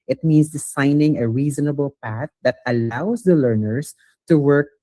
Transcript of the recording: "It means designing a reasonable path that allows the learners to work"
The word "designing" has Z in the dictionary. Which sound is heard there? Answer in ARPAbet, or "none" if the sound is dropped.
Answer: S